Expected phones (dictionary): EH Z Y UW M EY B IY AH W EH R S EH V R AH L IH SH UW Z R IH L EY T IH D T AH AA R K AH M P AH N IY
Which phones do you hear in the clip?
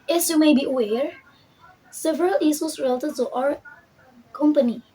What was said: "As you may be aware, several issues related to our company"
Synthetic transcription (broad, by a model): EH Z Y UW M EY B IY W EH R S EH V R AH L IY S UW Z R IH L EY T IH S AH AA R K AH M P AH N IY